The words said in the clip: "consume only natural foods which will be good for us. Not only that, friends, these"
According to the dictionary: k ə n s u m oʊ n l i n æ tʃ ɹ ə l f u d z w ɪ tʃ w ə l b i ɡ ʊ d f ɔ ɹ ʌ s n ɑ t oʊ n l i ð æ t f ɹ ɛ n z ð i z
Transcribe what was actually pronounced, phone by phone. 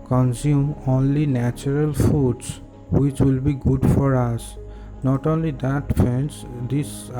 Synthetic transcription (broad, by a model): k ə n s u m oʊ n l i n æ tʃ ɹ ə l f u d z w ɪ tʃ w ə l b i ɡ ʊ d f ɔ ɹ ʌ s n ɑ t oʊ n l i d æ t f ɛ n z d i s